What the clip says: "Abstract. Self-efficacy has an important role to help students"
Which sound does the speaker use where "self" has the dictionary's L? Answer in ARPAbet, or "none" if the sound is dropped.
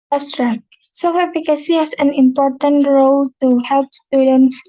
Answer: none